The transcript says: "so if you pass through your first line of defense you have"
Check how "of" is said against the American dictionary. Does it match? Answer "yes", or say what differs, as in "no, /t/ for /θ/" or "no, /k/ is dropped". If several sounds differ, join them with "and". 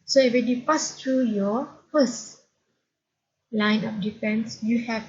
no, /p/ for /v/